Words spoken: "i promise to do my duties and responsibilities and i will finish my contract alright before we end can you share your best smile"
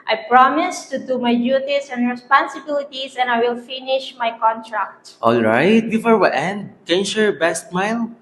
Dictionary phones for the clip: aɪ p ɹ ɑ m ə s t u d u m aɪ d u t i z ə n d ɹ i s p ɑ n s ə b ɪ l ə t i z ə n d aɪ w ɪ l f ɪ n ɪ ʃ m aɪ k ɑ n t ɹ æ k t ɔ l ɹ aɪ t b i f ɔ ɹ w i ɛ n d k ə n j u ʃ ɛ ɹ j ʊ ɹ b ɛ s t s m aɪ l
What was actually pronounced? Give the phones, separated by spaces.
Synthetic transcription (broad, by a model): aɪ p ɹ ɑ m ə s t u d u m aɪ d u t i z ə n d ɹ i s p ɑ n s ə b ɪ l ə t i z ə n aɪ w ɪ l f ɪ n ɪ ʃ m aɪ k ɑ n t ɹ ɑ k t ɔ l ɹ aɪ t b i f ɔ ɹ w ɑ ɛ n d k ə n j u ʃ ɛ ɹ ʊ ɹ b ɛ s t m aɪ l